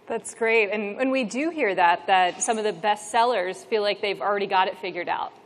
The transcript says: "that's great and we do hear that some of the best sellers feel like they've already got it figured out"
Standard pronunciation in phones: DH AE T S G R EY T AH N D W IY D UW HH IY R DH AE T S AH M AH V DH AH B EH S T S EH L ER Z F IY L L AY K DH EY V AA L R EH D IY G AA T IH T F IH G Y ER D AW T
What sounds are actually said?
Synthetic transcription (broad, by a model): DH AE T S G R EY T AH N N W IY D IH HH IY R DH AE T S AH M AH V DH AH B EH S T S EH L ER Z F IY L L AY K DH EY V L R EH D IY G AA T IH T F IH G Y ER D AW T